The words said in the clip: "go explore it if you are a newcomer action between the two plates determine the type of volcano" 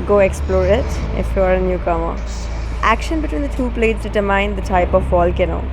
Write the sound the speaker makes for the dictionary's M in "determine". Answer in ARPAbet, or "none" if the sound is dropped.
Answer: none